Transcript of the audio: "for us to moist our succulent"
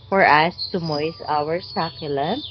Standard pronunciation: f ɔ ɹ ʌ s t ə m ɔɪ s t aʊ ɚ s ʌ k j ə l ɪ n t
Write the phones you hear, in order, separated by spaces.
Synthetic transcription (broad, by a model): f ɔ ɹ ʌ s t ə m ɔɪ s aʊ ɚ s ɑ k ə l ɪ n